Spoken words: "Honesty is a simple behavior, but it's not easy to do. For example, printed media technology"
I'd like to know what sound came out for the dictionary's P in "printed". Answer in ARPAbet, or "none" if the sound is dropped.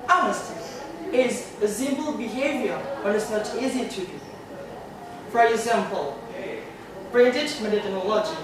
B